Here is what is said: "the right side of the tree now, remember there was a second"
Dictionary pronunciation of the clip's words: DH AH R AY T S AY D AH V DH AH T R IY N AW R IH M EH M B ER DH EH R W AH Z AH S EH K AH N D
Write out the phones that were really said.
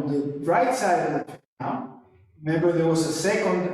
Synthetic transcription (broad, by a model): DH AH R AY T S AY D AH V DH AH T AA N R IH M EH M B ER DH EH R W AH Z AH S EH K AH N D